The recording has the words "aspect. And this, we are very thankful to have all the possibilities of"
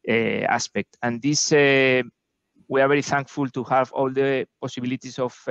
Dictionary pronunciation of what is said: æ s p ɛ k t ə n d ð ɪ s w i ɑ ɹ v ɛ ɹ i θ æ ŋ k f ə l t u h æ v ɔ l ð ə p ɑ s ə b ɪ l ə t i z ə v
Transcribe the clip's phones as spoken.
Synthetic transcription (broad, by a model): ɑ s p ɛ k t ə n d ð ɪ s w i ɑ ɹ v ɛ ɹ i θ æ ŋ k f ə l t u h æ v ɔ l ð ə p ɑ s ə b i l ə t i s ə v